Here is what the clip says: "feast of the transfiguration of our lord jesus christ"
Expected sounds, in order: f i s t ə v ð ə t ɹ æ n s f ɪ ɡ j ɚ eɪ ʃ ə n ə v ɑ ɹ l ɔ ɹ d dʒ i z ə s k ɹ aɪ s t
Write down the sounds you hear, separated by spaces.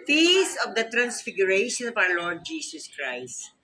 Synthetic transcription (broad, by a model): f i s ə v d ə t ɹ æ n s f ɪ ɡ j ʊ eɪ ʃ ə n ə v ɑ w l ɔ ɹ d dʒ i s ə s k ɹ aɪ s t